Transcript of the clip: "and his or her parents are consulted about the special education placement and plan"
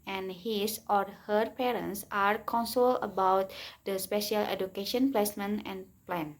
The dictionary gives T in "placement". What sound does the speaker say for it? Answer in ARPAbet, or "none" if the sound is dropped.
none